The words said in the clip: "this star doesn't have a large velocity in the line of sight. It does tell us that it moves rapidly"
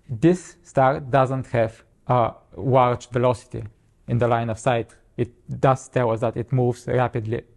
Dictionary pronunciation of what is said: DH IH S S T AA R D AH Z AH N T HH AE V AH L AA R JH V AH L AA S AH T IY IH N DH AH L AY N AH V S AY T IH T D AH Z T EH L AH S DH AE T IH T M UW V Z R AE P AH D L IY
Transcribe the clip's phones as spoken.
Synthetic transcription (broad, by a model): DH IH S S T AA R D AH Z AH N T HH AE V AH W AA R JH V AH L AA S AH T IY IH N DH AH L AY N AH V S AY T IH T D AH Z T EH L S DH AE T IH T M UW V Z R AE P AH D L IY